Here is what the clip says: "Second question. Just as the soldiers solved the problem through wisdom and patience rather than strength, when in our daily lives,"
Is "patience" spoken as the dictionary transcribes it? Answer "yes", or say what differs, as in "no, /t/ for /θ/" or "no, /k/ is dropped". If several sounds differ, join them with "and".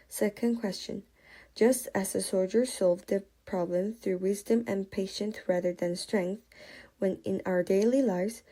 no, /θ/ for /s/